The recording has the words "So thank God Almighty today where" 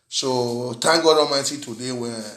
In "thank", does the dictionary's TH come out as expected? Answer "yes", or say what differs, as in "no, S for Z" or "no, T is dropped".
no, T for TH